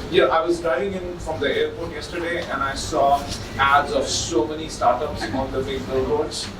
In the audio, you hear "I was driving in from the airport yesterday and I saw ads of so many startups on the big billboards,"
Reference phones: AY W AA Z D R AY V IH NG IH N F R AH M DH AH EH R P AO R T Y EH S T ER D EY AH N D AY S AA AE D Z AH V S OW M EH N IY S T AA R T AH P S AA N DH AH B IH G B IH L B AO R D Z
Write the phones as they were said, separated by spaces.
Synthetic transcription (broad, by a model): AY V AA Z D R AY IH NG IH N F R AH M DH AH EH R P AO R T Y EH S T ER D EY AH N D AY S AA AE D Z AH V S OW M EH N IY S T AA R T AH P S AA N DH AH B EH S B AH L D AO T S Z